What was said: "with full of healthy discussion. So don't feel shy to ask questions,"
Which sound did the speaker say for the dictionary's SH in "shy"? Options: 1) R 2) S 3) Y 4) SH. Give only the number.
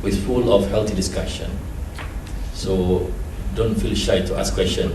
4